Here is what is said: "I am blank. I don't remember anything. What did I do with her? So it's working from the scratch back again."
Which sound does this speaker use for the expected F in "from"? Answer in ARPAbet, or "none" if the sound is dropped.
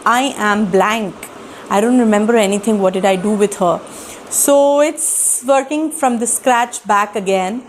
F